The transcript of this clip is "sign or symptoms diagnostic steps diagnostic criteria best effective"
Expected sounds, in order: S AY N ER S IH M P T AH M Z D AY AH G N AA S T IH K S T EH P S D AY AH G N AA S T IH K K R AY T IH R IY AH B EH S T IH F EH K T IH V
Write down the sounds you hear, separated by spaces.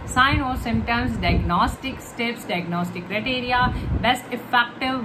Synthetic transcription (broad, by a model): S AY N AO S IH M T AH M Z D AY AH G N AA S T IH K S T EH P S D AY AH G N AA S T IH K K R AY T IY R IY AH B EH S T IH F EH K T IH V